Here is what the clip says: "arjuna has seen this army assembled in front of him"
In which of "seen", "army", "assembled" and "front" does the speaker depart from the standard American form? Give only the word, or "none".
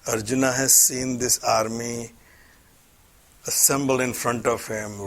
none